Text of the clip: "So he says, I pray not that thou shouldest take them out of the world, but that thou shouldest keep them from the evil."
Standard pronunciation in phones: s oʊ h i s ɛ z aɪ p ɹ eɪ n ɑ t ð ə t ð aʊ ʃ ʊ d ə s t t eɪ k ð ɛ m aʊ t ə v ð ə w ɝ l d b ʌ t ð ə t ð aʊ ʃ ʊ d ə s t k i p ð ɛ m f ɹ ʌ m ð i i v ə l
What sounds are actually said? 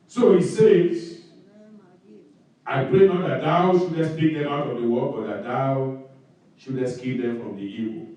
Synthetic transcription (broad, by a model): s oʊ h i s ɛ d aɪ p ɹ eɪ n ɑ t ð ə t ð aʊ ʃ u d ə s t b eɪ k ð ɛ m aʊ t ə v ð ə w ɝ d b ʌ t ð ə t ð aʊ ʃ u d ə s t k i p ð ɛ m f ɹ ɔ m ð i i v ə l